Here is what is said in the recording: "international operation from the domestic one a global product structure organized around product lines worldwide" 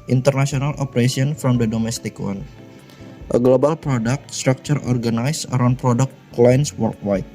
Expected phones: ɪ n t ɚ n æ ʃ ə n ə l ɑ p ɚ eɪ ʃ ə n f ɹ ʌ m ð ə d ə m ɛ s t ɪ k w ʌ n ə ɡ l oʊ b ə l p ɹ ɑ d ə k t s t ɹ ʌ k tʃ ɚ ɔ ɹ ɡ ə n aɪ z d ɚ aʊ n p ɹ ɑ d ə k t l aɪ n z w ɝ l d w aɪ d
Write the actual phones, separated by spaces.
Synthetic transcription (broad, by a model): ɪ n t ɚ n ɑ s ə n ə l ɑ p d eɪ s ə n f ɹ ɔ m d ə d ə m ɛ s t ɪ k w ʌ n ə ɡ l oʊ b ə l p ɹ ɑ d ə k t s t ɹ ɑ k tʃ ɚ ɔ ɹ ɡ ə n aɪ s ɚ aʊ n p ɹ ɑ d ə k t l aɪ n s w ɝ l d w aɪ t